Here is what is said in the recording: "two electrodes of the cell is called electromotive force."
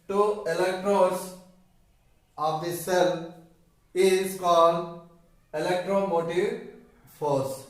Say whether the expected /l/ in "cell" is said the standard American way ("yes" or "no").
yes